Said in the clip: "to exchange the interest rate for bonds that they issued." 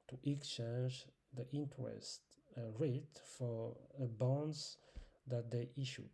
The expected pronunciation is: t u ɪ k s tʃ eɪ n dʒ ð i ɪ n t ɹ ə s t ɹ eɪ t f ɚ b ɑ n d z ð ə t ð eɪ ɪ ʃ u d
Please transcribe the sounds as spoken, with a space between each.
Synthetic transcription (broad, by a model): t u ɪ k s tʃ eɪ n dʒ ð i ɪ n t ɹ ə s t ɹ eɪ t f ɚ b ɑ n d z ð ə t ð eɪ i ʃ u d